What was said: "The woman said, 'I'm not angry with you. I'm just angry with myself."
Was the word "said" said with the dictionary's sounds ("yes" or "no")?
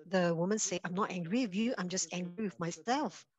no